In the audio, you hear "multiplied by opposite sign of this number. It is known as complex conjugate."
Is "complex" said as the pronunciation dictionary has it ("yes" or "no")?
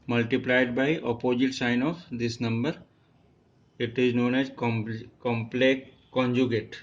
no